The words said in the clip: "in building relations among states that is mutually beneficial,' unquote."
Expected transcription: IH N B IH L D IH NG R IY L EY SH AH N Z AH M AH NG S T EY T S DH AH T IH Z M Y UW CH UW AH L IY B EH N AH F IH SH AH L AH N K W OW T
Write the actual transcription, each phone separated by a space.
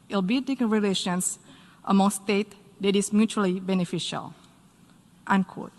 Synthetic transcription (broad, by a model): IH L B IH D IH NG R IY L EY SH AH N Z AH M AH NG S T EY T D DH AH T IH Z M Y UW CH UW AH L IY B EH N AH F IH SH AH L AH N K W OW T